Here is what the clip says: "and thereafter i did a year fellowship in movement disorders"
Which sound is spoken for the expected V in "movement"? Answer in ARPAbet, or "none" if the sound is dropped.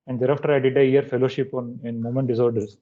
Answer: none